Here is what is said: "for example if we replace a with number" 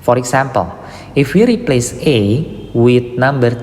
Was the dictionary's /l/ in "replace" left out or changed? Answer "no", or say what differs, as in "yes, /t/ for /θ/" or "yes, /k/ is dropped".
no